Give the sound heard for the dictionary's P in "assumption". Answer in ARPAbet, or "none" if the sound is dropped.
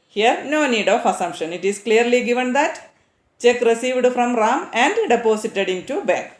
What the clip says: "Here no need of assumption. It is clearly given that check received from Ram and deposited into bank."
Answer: P